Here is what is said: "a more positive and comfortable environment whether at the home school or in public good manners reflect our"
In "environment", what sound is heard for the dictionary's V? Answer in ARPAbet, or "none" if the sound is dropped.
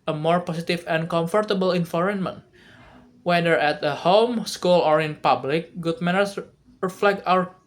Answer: F